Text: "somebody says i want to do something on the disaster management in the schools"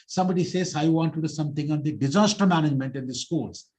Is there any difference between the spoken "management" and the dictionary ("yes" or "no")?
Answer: no